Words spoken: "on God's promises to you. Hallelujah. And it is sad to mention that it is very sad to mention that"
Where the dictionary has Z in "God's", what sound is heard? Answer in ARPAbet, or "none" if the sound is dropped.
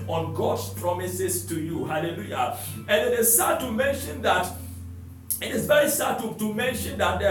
S